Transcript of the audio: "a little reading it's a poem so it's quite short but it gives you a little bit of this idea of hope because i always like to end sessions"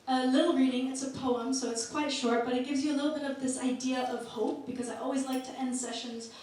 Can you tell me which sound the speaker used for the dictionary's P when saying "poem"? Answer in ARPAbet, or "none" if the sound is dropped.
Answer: P